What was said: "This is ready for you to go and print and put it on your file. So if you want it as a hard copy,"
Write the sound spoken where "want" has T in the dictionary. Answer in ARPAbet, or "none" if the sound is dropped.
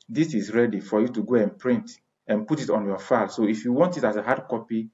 T